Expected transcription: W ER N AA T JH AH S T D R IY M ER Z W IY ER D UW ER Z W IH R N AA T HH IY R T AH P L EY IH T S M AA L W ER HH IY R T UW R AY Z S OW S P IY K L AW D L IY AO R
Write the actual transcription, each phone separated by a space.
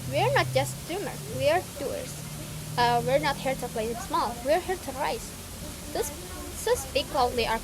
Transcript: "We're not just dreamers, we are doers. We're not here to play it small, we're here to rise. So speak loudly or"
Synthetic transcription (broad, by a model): W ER N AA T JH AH S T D UW M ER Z W IY ER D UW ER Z W IH R N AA T HH IY R T AH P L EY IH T S M AA L W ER HH IY R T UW R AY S S OW S P IY K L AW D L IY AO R